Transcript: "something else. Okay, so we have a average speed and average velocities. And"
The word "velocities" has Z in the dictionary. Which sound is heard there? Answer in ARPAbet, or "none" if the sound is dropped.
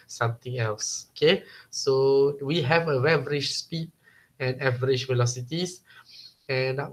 S